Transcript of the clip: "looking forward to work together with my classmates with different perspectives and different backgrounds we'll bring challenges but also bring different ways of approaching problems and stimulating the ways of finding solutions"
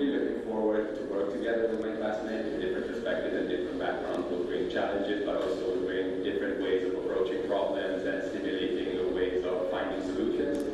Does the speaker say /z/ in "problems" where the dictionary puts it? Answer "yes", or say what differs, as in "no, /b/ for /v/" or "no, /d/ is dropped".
yes